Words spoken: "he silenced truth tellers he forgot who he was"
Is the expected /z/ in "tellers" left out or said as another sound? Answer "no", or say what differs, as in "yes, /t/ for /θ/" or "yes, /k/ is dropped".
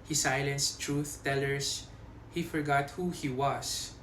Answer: yes, /s/ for /z/